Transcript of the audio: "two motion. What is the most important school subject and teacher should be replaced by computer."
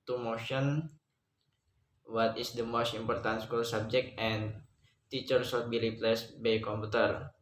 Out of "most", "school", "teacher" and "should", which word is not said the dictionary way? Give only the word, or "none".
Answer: should